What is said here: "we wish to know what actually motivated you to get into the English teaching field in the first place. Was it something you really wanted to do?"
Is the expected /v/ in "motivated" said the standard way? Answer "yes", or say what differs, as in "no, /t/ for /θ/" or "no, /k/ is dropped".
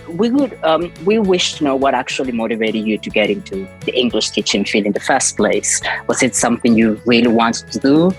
yes